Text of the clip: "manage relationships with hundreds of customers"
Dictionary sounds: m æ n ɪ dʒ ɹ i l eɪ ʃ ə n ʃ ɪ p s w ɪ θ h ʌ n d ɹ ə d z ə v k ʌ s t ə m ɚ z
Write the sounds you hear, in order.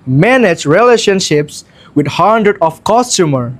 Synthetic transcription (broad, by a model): m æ n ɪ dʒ ɹ i l eɪ ʃ ə n ʃ ɪ p s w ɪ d h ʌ n d ɹ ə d ə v k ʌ s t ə m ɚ